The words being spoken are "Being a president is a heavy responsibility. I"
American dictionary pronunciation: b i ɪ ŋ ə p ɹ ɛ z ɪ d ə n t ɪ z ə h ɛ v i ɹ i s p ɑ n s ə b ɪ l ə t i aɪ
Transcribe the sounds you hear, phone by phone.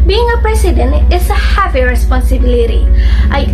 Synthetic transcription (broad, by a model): b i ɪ ŋ ə p ɹ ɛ s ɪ d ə n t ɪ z ə h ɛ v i ɹ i s p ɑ n s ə b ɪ l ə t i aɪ